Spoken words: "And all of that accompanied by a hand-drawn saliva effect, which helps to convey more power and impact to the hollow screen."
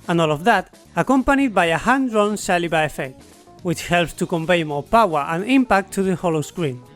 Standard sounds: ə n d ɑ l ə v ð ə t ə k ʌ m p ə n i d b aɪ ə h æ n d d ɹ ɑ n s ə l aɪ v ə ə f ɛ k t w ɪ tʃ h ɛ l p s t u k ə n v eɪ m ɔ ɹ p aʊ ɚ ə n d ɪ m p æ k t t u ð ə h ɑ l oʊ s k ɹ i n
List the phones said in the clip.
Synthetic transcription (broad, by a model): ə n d ɑ l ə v ð ə t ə k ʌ m p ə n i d b aɪ ə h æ n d d ɹ ɑ n s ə l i b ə ə f ɛ k t w ɪ tʃ h ɛ l p s t u k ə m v eɪ m ɔ ɹ p aʊ ɚ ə n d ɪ m p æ k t t u ð ə h ɑ l oʊ s k ɹ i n